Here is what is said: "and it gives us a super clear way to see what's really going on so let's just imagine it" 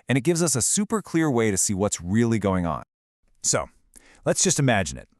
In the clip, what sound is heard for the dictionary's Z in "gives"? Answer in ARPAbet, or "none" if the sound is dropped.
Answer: Z